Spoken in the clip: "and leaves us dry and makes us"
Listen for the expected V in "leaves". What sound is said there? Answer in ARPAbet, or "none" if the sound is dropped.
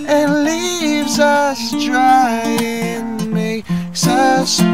V